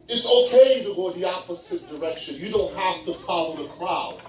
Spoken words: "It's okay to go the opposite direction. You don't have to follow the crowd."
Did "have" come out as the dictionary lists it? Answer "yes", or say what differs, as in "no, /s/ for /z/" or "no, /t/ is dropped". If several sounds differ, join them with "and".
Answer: no, /f/ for /v/